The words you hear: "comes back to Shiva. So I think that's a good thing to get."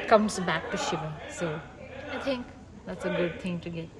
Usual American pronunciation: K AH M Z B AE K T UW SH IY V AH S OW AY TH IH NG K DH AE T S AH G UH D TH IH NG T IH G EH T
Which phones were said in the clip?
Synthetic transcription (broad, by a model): K AH M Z B AE K T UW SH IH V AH S OW AY T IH NG K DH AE T S AH G UH D T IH NG T IH G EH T